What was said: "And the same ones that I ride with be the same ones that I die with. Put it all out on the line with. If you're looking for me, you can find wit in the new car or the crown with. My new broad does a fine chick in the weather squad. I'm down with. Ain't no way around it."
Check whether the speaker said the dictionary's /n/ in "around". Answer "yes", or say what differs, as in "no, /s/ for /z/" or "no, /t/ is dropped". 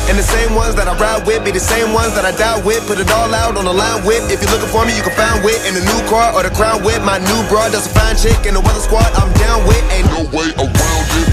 no, /l/ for /n/